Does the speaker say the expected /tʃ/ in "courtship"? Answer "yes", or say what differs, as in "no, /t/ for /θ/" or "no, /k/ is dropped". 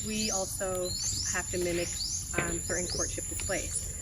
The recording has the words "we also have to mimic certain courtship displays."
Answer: yes